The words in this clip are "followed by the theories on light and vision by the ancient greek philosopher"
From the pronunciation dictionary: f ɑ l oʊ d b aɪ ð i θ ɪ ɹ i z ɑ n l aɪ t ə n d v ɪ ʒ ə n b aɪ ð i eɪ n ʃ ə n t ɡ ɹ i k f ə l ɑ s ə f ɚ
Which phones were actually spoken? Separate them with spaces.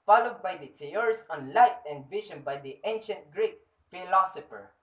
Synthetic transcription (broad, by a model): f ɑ l oʊ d b aɪ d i t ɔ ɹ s ɑ n l aɪ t ə n d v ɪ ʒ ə n b aɪ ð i eɪ n ʃ ə n t ɡ ɹ i k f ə l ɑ s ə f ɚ